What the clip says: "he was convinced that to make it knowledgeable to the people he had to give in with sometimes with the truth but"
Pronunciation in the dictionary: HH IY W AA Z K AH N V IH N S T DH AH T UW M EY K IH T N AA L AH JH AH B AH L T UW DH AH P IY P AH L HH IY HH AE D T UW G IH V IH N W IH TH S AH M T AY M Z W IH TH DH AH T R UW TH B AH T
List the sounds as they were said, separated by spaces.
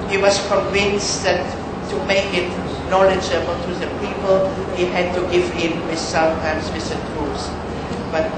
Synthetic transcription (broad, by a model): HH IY W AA S K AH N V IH N S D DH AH T UW M EY K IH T N AA L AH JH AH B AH T UW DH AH P IY P AH L HH IY HH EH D T UW G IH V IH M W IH S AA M T AY M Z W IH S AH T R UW S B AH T